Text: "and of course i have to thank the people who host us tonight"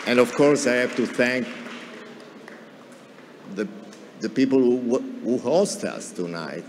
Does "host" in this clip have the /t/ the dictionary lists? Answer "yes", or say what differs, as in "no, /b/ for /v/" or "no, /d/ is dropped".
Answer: yes